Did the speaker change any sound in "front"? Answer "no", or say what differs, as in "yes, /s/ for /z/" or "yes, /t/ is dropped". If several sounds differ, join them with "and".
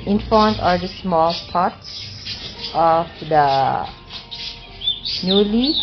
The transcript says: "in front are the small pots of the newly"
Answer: yes, /ɹ/ is dropped